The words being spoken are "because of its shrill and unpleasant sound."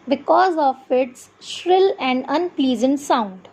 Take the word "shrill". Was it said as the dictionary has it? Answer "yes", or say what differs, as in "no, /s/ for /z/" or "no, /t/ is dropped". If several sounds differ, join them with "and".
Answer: yes